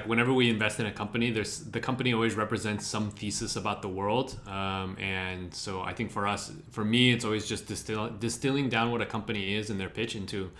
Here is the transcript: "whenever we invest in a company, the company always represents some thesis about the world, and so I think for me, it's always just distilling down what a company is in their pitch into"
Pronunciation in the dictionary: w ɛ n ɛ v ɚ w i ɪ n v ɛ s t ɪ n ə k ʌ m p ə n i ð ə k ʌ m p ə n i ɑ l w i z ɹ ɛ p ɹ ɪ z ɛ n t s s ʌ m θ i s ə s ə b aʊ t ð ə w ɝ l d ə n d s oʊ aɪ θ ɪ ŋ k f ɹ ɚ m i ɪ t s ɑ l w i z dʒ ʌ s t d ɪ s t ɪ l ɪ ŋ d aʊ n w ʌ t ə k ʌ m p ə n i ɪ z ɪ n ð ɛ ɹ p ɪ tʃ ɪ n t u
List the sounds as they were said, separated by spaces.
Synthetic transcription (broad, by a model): w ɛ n ɛ v ɚ w i ɪ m v ɛ s t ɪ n ə k ʌ m p ə n i ð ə k ʌ m p ə n i ɑ l w i z ɹ ɛ p ɹ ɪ z ɛ n t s s ʌ m f i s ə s ə b aʊ t ð ə w ɝ l d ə n s oʊ aɪ θ ɪ ŋ k f ɹ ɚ m i ɪ t s ɑ l w i z dʒ ʌ s t d ɪ s t ɪ l ɪ ŋ d aʊ n w ʌ t ə k ʌ m p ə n i ɪ z ɪ n ð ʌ ɹ p ɪ tʃ ɪ n t u